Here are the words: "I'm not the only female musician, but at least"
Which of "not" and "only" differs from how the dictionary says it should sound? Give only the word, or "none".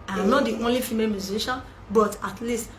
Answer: none